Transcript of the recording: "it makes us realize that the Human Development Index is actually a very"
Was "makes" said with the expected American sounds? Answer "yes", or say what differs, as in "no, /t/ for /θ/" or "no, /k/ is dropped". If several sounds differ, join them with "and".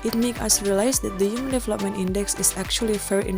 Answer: no, /s/ is dropped